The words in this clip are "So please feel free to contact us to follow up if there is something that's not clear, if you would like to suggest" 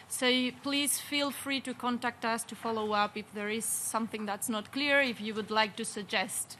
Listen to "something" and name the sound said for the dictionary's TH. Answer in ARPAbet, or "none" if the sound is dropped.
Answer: TH